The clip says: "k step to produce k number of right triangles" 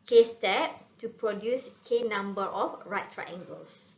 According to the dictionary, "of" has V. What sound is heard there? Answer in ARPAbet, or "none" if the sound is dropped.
F